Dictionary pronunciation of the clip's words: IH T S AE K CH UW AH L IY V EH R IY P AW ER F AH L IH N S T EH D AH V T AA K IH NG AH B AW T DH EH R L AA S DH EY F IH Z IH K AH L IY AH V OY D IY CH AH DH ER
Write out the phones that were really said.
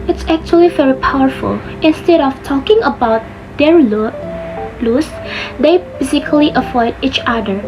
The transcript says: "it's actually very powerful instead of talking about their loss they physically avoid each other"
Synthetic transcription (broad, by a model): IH T S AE K CH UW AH L IY V EH R IY P AW ER F AH L IH N S T EH D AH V T AA K IH NG AH B AW T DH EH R L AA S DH EY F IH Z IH K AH L IY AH F OY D IY CH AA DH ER